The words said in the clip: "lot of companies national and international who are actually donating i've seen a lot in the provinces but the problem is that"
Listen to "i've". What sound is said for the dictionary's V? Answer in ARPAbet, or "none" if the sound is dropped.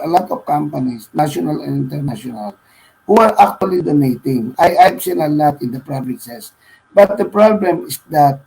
P